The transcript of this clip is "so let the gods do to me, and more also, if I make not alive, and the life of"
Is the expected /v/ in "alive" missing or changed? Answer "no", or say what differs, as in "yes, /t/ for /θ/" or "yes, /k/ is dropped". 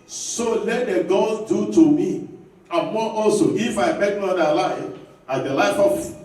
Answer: yes, /f/ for /v/